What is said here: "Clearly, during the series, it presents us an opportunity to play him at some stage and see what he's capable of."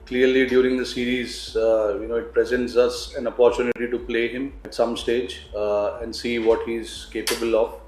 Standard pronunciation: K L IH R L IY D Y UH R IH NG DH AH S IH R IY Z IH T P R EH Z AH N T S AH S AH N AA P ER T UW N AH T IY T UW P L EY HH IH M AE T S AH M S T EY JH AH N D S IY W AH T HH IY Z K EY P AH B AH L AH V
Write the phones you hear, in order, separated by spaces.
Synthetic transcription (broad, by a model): K L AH R L IY D Y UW R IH NG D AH S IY R IY Z IH T P R EH Z AH N T S AH S AH N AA P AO T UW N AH T IY T UW P L EY HH IH M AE T S AH M S T EY JH AH N D S IY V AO T HH IY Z K EY P AH B AH L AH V